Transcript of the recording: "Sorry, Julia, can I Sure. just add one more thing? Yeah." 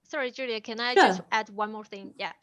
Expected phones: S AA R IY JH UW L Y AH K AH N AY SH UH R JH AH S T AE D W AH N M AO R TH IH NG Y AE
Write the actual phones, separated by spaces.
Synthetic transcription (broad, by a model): S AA R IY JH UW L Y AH K AH N AY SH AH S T AE D W AH N M AO R TH IH NG Y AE